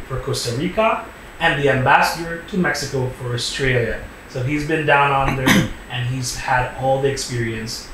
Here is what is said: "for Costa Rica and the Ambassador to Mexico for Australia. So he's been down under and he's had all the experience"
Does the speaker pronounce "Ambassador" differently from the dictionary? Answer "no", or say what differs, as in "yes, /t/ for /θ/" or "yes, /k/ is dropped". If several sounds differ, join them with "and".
no